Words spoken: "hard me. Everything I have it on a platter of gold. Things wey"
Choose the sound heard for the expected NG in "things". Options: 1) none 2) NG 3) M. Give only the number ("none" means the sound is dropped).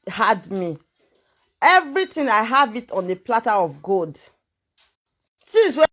1